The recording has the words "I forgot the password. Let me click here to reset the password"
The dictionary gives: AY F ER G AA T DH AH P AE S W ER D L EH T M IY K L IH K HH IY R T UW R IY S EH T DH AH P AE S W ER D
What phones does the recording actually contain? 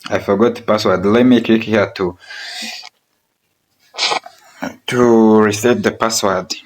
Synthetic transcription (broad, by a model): AY F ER G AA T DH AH P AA S W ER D L EH T M IY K IH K HH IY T T UW R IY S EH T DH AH P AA S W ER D